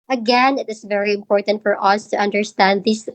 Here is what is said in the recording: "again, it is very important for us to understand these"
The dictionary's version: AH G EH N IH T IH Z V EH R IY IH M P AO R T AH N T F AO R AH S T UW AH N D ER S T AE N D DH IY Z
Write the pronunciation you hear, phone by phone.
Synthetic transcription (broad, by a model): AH G EH N IH T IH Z V EH R IY IH M P AO R T AH N T F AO R AH S T UW AH N D ER S T AE N D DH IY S